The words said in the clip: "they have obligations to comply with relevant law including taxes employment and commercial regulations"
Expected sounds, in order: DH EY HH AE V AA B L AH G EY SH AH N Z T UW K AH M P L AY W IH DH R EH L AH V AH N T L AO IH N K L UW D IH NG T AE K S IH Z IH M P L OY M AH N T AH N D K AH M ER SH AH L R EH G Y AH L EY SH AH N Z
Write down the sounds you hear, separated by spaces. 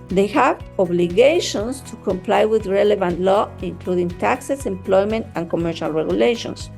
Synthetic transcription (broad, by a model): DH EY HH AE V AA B L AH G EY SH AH N S T UW K AH M P L AY W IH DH R EH L AH V AH N T L AO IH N K L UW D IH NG T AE K S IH S IH M P L OY M AH N T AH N K AH M ER SH AH L R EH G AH L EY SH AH N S